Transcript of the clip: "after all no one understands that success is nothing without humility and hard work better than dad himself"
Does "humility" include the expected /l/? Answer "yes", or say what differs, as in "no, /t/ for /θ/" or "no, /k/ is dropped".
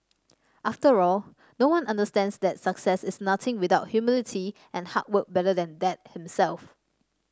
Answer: yes